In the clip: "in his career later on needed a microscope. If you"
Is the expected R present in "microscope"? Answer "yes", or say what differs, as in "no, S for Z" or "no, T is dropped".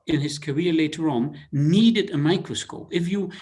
yes